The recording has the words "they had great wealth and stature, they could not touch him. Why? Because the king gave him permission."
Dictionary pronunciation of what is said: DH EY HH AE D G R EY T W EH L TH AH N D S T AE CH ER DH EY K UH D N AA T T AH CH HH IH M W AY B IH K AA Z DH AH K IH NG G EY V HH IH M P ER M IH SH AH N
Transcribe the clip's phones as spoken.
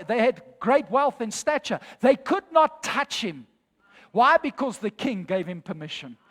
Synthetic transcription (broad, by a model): DH EY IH D G R EY T W EH L TH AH N S T AE CH ER DH EY K UH D N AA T T AH CH HH IH M W AY B IH K AA Z DH AH K IH NG G EY V HH IH M P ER M IH SH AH N